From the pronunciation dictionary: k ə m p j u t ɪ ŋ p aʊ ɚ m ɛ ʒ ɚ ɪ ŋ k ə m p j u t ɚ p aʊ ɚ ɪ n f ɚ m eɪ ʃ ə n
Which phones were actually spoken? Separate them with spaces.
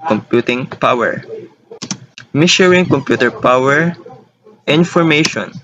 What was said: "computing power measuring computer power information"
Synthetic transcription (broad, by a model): k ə m p j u t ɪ ŋ p aʊ ɚ m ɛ ʃ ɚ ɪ ŋ k ə m p j u t ɚ p aʊ ɚ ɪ n f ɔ m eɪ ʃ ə n